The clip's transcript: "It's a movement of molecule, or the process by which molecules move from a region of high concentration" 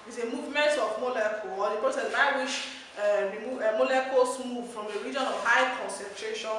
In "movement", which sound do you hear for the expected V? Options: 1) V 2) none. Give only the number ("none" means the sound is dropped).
1